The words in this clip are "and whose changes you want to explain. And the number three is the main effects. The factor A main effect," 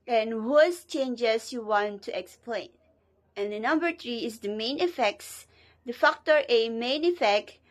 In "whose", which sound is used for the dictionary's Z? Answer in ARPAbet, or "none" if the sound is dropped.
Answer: S